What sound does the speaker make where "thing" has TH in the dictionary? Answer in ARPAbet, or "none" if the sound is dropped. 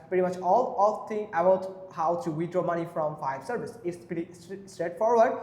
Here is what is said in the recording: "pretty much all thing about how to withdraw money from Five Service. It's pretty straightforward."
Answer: T